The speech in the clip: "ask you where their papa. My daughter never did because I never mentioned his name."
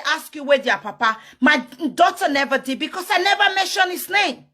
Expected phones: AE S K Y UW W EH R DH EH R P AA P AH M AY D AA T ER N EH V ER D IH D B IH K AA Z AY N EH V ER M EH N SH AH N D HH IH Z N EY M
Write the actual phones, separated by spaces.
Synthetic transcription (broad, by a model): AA S K Y UW W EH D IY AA P AA P AH M AY D AA T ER N EH V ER D IH D B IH K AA S AY N EH V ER M EH N SH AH N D HH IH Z N EY M